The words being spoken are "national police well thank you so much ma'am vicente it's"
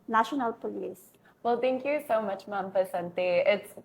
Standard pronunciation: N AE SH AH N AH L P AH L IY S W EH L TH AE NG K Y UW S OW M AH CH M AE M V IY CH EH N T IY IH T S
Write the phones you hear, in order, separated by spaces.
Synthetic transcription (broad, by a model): N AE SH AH N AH L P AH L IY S W EH L T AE NG K Y UW S OW M AH CH M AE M F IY S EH N T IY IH T S